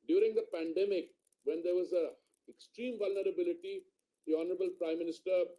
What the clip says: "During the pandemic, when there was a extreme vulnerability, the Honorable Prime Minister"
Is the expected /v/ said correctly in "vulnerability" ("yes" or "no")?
yes